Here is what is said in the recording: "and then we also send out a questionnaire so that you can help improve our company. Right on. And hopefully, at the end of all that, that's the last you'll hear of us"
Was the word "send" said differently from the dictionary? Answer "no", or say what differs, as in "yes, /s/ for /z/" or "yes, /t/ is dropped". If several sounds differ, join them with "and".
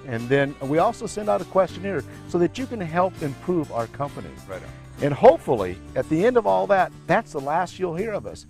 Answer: no